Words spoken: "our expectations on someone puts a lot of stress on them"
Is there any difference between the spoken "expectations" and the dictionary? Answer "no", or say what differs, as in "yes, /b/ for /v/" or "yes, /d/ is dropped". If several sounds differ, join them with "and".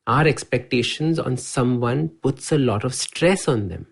no